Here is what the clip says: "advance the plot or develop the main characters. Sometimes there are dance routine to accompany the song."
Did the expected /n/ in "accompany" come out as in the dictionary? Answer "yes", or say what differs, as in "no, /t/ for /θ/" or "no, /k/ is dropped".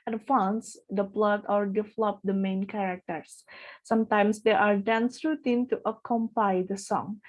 no, /n/ is dropped